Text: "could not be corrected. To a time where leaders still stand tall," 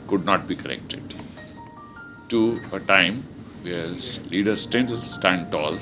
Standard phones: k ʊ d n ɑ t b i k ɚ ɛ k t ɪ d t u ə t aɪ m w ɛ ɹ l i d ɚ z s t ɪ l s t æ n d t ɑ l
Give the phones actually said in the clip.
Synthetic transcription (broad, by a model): k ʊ d n ɑ t b i k ɚ ɛ k t ɪ d t u ə t aɪ m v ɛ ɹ l i d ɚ s t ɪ n s t æ n d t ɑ l